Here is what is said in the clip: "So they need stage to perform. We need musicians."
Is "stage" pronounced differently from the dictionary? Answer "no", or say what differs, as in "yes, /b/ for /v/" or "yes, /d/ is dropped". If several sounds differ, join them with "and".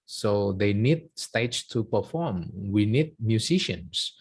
yes, /tʃ/ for /dʒ/